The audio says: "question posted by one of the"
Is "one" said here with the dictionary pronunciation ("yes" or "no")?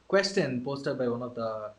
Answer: yes